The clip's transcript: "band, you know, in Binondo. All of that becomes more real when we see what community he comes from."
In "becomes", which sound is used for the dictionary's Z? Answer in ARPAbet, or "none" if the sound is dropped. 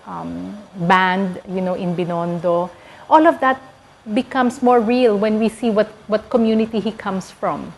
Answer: S